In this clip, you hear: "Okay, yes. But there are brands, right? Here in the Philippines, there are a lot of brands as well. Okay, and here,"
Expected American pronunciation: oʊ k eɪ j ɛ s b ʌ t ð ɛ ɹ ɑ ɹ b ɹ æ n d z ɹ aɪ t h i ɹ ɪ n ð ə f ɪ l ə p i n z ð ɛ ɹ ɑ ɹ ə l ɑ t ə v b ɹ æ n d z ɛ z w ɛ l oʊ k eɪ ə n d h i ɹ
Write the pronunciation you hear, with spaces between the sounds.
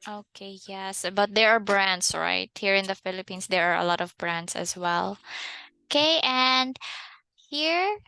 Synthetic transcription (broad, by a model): oʊ k eɪ j ɛ s b ʌ t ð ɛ ɹ ɑ ɹ b ɹ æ n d s ɹ aɪ t h i ɹ ɪ n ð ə f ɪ l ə p i n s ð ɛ ɹ ɑ ɹ ə l ɑ t ə v b ɹ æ n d s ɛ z w ɛ l oʊ k eɪ ə n d h i ɹ